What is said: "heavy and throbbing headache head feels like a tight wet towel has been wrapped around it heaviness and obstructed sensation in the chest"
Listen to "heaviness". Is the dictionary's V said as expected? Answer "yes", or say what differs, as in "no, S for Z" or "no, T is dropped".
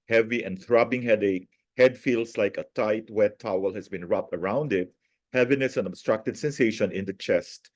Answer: yes